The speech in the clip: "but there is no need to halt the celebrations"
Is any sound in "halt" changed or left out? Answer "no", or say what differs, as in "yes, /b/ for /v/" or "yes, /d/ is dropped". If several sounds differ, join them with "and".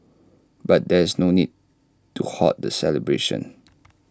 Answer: yes, /l/ is dropped